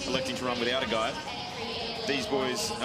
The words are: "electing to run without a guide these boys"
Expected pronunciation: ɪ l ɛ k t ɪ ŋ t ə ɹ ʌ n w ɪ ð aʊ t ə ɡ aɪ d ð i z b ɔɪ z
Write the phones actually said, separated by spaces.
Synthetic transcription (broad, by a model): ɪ l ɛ k t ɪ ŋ t ə ɹ ʌ n w ɪ ð aʊ t ə ɡ aɪ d ð i z b ɔɪ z